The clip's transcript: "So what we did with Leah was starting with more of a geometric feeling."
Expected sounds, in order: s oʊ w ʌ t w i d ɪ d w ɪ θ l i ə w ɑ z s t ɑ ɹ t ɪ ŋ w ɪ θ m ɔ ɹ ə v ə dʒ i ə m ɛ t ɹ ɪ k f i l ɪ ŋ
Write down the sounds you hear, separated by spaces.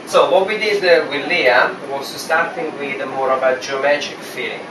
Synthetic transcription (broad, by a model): s oʊ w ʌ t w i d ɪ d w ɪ l i ə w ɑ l s t ɑ ɹ t ɪ ŋ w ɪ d m ɔ ɹ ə b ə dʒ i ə m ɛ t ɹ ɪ k f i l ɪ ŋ